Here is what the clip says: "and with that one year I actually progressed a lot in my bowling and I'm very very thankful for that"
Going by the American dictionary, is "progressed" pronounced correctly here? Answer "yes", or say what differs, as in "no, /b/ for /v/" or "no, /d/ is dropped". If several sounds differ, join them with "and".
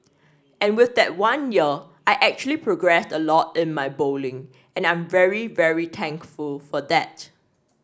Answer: yes